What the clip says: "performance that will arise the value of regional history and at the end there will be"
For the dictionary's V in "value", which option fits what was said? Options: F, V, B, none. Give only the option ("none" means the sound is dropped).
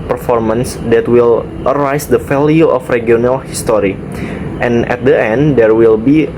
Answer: F